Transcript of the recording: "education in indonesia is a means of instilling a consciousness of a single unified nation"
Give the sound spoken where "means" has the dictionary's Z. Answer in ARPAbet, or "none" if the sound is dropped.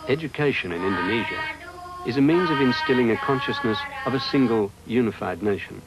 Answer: Z